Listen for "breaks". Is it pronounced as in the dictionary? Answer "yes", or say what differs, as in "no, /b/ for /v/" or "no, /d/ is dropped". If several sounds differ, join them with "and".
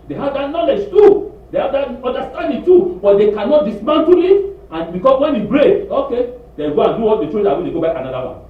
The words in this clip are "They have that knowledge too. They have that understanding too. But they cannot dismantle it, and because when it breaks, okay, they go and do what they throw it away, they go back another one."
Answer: no, /s/ is dropped